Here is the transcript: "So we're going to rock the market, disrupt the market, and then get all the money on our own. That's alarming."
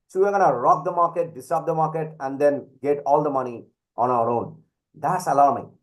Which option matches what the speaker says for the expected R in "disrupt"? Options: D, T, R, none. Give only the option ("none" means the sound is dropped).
none